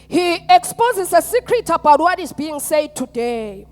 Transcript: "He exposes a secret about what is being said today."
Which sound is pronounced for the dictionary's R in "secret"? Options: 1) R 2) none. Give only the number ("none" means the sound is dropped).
1